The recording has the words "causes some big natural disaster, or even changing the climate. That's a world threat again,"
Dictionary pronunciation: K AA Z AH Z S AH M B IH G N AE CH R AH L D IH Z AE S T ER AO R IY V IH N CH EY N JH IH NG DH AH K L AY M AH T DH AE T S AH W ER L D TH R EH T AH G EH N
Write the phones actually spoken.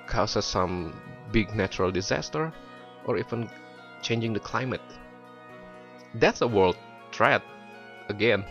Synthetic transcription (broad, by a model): K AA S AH S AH M B IH G N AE CH R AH L D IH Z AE S T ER AO R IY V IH N CH EY N JH IH NG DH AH K L AY M AH T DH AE T S AH W ER L D T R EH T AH G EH N